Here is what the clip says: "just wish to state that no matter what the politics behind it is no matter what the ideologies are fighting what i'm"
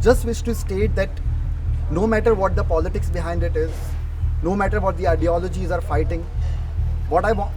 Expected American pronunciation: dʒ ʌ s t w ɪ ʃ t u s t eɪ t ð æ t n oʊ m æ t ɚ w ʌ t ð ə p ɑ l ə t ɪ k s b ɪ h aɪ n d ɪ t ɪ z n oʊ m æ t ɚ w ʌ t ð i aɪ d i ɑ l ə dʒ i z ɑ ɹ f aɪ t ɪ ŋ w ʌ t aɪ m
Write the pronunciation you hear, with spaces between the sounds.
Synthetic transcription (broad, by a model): dʒ ʌ s t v ɪ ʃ t u s t eɪ t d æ t n oʊ m æ t ɚ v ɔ t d ə p ɑ l ə t ɪ k s b ɪ h aɪ n d ɪ t ɪ z n oʊ m æ t ɚ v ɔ t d i aɪ d i ɑ l ə dʒ i z ɑ ɹ f aɪ t ɪ ŋ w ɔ t aɪ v